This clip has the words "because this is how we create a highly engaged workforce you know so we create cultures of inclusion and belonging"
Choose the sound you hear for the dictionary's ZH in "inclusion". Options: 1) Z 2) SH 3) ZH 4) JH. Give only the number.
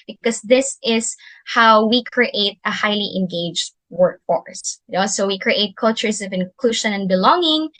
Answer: 2